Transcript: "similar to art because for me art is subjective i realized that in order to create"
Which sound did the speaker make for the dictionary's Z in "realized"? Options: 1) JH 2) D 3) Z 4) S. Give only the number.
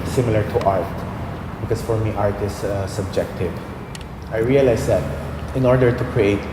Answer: 4